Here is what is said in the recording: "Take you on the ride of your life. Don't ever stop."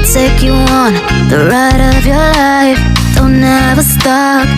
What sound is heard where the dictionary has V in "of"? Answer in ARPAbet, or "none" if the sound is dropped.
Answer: V